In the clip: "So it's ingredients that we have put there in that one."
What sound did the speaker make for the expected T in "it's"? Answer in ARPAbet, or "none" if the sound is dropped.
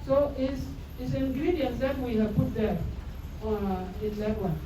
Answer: S